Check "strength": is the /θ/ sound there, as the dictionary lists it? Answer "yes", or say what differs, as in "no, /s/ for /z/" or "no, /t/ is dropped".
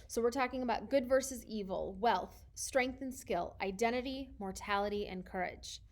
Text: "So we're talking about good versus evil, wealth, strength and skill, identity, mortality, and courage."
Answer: yes